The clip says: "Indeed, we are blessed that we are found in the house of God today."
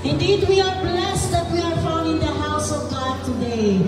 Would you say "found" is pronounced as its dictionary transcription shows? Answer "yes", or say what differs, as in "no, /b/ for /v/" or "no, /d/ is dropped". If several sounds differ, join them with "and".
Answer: no, /d/ is dropped